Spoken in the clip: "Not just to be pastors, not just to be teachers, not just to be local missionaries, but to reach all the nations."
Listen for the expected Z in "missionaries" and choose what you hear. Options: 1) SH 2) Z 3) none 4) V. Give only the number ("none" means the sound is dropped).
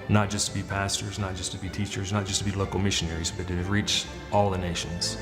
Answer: 2